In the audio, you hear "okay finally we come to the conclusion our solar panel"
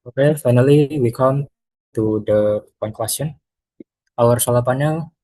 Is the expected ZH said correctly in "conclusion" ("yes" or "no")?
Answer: no